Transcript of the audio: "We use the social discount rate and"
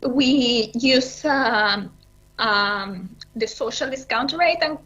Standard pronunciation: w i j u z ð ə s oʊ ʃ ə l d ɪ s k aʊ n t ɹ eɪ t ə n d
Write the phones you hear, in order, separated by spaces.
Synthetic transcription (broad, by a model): w i j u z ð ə s oʊ ʃ ə l d ɪ s k aʊ n t ɹ eɪ t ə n